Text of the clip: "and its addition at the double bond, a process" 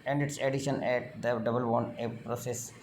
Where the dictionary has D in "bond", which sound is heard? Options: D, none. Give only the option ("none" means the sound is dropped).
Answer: none